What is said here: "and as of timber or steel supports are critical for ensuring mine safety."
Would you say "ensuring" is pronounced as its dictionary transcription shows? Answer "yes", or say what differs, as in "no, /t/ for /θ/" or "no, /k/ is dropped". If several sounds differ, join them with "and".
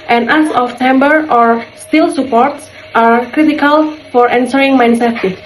no, /s/ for /ʃ/